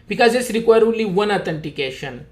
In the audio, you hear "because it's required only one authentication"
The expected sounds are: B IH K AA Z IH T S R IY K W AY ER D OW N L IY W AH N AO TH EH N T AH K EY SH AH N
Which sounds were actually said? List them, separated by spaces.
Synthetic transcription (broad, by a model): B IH K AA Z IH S R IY K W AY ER D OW L IY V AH N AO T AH N T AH K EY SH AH N